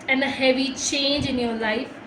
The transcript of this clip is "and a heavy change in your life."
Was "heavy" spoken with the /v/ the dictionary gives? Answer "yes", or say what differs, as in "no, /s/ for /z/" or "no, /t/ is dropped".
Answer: yes